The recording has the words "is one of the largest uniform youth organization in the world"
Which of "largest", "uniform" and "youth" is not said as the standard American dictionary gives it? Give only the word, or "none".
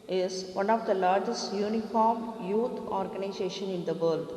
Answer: youth